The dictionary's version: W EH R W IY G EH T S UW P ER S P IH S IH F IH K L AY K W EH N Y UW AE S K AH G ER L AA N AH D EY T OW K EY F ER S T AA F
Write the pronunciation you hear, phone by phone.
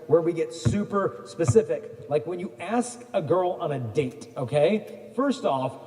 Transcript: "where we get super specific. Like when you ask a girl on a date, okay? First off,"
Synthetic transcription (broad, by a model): W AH R W IY G EH T S UW P ER S P IH S IH F IH K L AY K W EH N Y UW AE S K AH G ER L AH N AH D EY T OW K EY F ER S T AA F